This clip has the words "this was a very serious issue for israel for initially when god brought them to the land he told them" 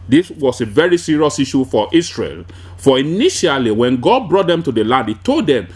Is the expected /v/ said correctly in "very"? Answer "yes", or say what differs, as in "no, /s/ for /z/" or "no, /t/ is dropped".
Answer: yes